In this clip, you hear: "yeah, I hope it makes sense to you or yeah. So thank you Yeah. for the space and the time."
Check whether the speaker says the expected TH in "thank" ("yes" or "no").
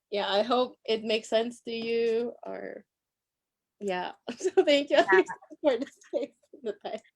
yes